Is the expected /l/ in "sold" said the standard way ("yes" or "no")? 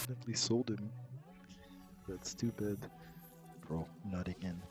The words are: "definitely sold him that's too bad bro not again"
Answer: yes